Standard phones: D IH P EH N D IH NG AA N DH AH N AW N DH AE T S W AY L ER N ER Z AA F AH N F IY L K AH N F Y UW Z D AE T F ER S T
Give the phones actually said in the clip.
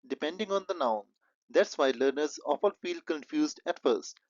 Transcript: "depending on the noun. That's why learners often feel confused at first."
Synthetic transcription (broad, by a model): D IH P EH N D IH NG AA N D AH N AW N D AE T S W AY L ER N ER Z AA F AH L F IY L K AH N F Y UW Z D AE T F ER S T